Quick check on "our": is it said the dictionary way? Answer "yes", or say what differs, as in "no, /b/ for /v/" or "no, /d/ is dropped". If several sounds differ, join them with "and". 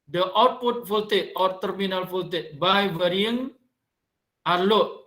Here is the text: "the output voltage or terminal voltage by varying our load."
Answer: yes